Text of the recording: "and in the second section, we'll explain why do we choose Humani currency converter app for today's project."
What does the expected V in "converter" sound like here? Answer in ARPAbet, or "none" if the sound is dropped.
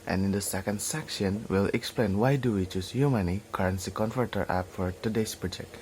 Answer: F